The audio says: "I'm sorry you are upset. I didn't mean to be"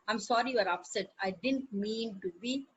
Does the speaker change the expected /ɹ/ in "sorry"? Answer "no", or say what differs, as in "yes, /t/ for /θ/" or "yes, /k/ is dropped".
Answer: no